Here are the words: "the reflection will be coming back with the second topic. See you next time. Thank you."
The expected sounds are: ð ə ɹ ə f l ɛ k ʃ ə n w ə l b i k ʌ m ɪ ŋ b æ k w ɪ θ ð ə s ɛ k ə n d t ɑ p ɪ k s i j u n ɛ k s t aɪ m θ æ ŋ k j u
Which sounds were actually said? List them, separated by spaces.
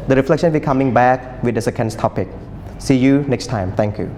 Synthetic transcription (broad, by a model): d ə ɹ ə f l ɛ k ʃ ə n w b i k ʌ m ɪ ŋ b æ k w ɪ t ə s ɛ k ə n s t ɑ p ɪ k s i j u n ɛ k s t aɪ m t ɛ ŋ k j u